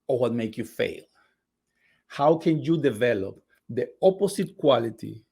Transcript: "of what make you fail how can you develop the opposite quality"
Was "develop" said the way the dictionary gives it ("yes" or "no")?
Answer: yes